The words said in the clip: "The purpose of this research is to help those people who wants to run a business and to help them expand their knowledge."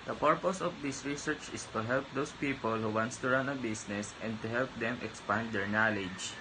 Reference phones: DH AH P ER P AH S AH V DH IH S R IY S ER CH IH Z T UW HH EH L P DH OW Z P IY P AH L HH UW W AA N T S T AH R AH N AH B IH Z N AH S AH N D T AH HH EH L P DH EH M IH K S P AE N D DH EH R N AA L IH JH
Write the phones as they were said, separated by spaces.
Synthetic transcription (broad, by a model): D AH P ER P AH S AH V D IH S R IY S ER CH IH S T UW HH EH L P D OW S P IY P AH L HH UW W AA N T S T AH R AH N AH B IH S N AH S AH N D T AH HH EH L P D EH M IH K S P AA N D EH R N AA L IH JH